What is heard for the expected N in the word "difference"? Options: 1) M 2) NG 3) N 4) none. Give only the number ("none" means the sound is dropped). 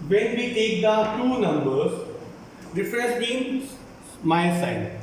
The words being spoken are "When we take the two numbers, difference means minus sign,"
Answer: 4